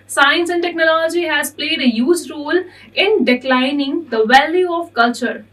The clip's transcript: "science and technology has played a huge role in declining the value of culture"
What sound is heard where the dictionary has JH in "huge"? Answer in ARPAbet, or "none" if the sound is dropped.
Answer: Z